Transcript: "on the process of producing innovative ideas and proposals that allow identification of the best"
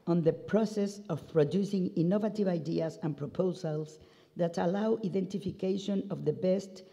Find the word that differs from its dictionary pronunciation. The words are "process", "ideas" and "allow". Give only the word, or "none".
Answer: ideas